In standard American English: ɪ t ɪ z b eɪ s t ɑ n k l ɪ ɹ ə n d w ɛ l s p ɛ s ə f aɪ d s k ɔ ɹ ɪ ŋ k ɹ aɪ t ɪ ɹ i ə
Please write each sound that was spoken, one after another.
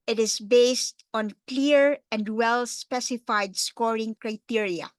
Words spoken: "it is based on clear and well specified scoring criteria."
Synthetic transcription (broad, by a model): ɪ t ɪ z b eɪ s t ɑ n k l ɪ ɹ ə n d w ɛ l s p ɛ s ə f aɪ d s k ɔ ɹ ɪ ŋ k ɹ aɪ t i ɹ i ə